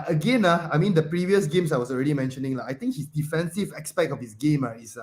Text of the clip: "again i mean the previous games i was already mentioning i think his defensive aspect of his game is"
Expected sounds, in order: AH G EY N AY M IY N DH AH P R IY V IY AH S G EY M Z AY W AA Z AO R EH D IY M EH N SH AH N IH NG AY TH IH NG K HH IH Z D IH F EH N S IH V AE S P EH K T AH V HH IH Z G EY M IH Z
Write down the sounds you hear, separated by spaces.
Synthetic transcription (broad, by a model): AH G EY N AY M IY N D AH P R IY V IY AH S G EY M S AY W AA S AO R EH D IY M EH N SH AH N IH NG AY T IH NG K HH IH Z D IH F EH N S IH V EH S P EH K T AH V HH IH S G EY M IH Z